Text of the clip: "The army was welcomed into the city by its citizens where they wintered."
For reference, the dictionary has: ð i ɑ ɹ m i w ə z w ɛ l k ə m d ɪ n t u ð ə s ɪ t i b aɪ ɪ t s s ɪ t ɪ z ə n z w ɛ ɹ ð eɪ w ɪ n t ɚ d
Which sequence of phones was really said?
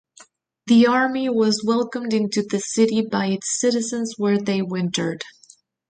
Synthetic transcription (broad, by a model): ð i ɑ ɹ m i w ə z w ɛ l k ə m d ɪ n t u ð ə s ɪ t i b aɪ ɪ t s s ɪ t ɪ z ə n z w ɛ ɹ ð eɪ w ɪ n t ɚ d